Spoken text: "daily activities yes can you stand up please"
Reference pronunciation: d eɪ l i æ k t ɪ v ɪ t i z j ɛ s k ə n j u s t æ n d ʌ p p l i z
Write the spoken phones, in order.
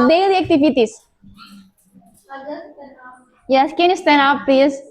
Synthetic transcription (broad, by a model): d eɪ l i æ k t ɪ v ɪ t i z j ɛ s k ə n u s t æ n ʌ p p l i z